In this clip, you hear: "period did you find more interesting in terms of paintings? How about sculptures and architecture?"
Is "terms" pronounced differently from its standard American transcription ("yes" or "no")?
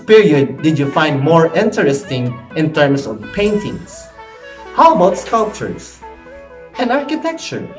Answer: yes